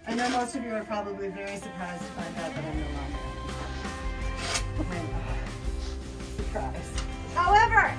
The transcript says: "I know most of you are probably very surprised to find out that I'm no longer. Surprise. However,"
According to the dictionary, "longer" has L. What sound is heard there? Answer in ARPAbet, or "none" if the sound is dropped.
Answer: N